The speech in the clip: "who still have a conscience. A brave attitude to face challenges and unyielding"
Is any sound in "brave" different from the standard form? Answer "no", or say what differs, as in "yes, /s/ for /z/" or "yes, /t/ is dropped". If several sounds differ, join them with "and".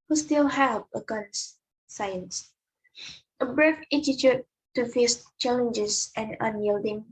yes, /f/ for /v/